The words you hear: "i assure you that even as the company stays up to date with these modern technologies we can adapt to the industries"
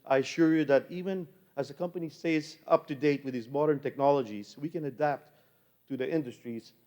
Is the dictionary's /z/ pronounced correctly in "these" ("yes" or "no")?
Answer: yes